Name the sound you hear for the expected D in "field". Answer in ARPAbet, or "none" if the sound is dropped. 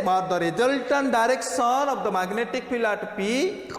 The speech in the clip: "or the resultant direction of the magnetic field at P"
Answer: none